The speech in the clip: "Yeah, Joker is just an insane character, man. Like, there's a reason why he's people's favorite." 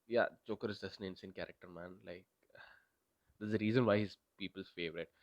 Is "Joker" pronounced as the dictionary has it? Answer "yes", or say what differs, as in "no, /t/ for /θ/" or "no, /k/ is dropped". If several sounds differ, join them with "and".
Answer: no, /tʃ/ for /dʒ/